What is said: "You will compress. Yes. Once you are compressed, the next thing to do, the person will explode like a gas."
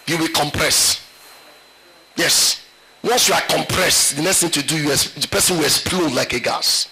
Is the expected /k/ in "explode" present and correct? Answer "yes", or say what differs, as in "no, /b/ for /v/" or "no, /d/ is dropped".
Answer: no, /k/ is dropped